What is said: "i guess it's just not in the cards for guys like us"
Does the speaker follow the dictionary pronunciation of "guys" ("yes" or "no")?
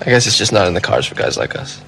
yes